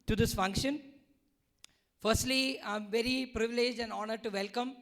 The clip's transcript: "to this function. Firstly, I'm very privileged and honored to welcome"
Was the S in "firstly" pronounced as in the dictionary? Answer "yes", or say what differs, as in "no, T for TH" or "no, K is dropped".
yes